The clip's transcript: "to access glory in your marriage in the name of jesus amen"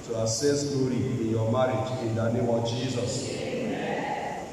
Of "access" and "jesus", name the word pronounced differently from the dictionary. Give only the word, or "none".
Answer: access